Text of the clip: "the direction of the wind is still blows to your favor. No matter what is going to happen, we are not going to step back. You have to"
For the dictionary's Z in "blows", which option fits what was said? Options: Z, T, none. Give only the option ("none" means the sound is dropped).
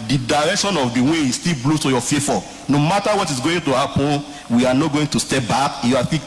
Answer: none